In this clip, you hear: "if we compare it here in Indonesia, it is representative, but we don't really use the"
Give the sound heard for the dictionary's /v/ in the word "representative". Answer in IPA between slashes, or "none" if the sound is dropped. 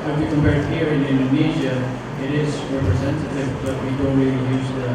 /v/